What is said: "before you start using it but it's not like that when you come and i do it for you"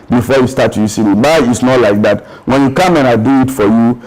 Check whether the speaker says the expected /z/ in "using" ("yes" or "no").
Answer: no